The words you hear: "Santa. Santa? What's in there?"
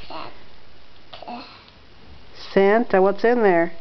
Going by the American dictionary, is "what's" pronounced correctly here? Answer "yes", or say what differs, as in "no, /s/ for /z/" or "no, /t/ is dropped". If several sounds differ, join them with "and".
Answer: yes